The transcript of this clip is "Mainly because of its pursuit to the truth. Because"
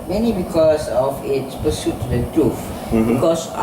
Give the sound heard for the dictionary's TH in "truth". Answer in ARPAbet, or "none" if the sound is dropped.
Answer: F